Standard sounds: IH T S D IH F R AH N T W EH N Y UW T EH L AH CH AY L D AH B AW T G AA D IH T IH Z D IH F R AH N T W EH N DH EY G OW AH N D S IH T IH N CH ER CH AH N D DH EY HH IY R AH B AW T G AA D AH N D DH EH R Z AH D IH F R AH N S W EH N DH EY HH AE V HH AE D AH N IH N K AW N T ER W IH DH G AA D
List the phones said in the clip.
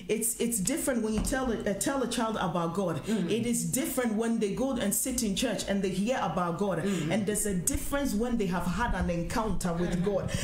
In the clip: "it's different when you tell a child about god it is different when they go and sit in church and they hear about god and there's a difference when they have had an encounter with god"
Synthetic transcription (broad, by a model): IH T S D IH F R AH N T W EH N Y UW T EH L AH CH AY L D AH B AW T G AA D IH T IH Z D IH F R AH N T W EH N DH EY G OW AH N S IH T IH N CH ER CH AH N DH EY HH IY R AH B AW T G AA D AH N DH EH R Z AH D IH F R AH N S W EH N DH EY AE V HH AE D AH N IH N K AW N T ER W IH DH G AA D